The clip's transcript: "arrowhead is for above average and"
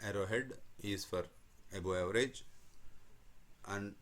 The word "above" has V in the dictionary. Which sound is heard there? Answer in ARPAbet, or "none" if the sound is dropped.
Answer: none